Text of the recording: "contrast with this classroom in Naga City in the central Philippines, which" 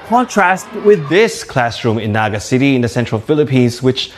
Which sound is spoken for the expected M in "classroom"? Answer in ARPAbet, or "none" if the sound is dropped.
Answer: M